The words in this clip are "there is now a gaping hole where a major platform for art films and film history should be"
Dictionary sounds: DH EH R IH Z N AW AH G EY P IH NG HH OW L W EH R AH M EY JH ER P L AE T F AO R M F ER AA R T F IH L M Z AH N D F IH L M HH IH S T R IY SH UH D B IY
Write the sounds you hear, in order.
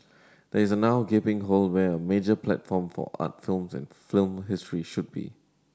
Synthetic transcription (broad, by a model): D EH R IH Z N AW AH G EY P IH NG HH OW L W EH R AH M EY JH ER P L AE T F AO M F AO AA T F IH L M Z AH N F IH L M HH IH S T R IY SH UH D B IY